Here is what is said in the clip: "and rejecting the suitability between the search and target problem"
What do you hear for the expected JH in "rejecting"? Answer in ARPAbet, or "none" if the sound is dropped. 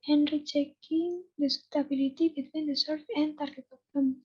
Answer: CH